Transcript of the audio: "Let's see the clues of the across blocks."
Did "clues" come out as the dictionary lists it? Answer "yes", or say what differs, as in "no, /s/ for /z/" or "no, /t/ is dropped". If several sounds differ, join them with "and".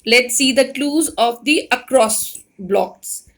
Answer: yes